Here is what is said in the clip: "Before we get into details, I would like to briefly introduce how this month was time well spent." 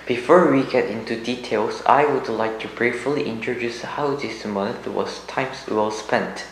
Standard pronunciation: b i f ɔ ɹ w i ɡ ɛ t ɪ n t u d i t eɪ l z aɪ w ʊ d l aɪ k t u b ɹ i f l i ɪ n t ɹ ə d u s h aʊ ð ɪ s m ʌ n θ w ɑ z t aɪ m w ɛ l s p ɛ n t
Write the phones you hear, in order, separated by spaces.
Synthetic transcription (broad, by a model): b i f ɔ ɹ w i ɡ ɛ t ɪ n t u d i t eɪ l s aɪ w ʊ d l aɪ k t u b ɹ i f l i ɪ n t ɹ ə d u s h aʊ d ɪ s m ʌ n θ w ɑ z t aɪ m w ɛ l s p ɛ n t